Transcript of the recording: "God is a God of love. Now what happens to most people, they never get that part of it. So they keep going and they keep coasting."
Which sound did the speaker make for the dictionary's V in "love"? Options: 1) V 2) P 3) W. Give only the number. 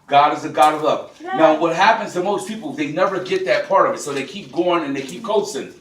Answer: 2